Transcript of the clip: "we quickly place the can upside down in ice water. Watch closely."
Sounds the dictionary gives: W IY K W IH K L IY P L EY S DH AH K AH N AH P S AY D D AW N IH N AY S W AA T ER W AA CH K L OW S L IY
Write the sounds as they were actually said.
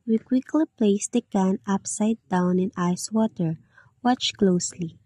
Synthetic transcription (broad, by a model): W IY K W IH K L IY P L EY S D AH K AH N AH P S AY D D AW N IH N AY S W AA T ER W AA CH K L OW S L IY